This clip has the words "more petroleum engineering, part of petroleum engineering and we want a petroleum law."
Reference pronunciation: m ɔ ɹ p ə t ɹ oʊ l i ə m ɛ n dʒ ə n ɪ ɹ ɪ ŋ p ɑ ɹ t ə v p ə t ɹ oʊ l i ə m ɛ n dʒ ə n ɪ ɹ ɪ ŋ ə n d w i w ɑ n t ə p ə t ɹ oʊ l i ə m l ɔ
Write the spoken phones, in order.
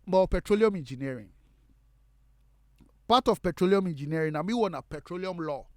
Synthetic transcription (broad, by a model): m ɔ p ə t ɹ oʊ l i ə m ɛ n dʒ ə n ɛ ɹ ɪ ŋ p ɑ t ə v p ə t ɹ oʊ l i ə m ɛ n dʒ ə n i ɪ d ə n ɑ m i w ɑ n ə p ə t ɹ oʊ l i ə m l ɔ